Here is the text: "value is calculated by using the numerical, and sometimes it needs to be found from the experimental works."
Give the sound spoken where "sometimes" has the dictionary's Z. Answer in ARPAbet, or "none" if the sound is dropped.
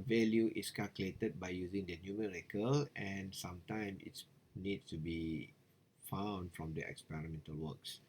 none